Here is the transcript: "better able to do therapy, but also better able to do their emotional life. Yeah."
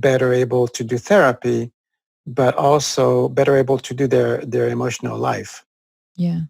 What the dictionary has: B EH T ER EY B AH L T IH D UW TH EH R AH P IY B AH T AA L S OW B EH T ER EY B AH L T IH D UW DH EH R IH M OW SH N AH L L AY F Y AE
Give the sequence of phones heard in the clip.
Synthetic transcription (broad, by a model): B EH T ER EY B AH L T IH D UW TH EH R AH P IY B AH T AA L S OW B EH T ER EY B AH L T IH D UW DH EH R IH M OW SH N AH L L AY F Y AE